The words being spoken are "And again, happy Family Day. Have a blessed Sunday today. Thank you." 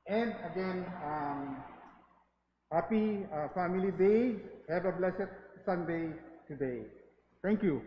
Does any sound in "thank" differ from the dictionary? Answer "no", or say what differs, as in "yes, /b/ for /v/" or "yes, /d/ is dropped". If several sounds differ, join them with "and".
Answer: yes, /t/ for /θ/